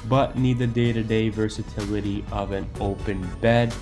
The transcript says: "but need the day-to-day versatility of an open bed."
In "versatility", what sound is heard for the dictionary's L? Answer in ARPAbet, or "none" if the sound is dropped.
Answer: L